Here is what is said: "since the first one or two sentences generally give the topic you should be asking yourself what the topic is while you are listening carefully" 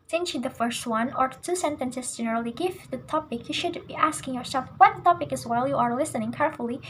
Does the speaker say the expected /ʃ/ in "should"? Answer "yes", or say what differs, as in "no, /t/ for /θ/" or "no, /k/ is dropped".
yes